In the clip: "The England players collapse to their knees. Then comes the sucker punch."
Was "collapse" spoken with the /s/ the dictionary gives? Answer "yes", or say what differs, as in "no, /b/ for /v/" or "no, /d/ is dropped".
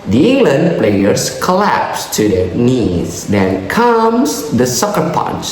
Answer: yes